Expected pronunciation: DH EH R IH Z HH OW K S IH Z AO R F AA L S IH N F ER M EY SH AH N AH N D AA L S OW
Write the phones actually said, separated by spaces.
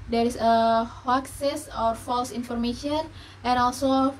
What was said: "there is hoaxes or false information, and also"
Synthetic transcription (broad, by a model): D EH R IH S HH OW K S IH S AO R F AA L S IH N F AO M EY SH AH N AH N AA L S OW